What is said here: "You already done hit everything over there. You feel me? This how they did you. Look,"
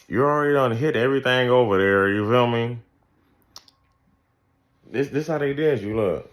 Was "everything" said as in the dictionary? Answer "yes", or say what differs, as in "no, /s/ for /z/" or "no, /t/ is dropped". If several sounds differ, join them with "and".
yes